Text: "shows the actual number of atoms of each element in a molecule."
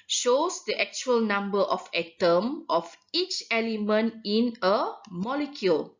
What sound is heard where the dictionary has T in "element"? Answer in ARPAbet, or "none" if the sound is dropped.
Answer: T